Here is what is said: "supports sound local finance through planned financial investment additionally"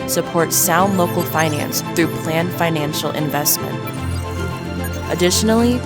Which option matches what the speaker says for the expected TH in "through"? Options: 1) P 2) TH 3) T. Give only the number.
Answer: 2